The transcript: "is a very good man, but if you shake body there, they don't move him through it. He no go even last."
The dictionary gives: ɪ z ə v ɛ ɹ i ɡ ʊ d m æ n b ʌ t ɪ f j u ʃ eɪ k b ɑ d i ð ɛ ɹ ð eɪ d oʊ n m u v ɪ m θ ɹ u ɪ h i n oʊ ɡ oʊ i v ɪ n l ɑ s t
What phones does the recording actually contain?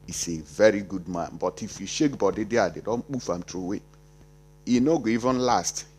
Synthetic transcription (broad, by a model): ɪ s ə v ɛ ɹ i ɡ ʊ d m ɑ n b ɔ t ɪ f j u ʃ eɪ k b ɑ d i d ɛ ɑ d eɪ d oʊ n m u f ɪ m t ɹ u ɪ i n oʊ ɡ oʊ i v ɪ n l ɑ s t